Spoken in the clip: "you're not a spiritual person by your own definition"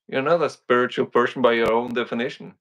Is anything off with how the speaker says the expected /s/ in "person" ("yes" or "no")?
yes